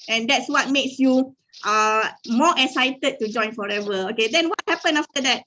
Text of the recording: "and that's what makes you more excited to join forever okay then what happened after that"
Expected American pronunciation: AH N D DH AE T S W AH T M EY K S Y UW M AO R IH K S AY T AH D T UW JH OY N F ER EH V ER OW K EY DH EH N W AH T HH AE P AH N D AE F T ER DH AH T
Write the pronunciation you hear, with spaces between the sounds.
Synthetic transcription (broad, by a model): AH N D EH T S W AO T M EY K S Y UW M AO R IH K S AY T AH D T UW JH OY N F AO EH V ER OW K EY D EH N W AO T HH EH P AH N AA F T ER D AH T